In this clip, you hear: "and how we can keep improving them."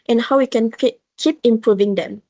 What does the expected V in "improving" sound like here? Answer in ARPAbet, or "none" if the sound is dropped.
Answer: V